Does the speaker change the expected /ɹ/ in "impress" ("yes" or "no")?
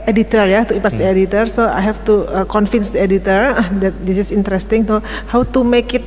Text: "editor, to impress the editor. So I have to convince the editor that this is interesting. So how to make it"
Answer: yes